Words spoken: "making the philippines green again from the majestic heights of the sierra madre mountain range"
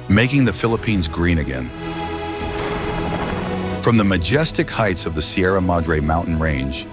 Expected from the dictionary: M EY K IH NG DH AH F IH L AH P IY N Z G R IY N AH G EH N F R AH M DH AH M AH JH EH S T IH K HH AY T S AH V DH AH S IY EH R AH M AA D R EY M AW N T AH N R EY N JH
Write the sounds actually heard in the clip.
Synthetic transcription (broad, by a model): M EY K IH NG DH AH F IH L AH P IY N Z G R IY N AH G EH N F R AH M DH AH M AH JH EH S T IH K HH AY T S AH V DH AH S IY EH R AH M AA D R EY M AW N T N R EY N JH